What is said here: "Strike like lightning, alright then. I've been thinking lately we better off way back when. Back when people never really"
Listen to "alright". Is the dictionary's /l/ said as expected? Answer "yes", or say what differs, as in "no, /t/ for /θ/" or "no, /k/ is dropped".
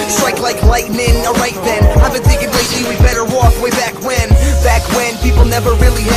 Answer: no, /l/ is dropped